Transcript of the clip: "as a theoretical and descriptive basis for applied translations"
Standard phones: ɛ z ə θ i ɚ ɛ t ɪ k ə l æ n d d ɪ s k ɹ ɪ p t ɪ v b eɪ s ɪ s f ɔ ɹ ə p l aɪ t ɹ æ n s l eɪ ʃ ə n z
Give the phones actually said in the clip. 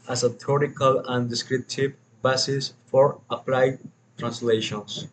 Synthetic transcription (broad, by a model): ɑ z ə t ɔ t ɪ k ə l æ n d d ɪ s k ɹ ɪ p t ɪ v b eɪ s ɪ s f ɔ ɹ ə p l aɪ t ɹ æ n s l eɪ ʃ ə n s